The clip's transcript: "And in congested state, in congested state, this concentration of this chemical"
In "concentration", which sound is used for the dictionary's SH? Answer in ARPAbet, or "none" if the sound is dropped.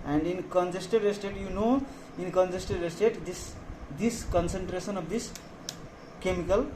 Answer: S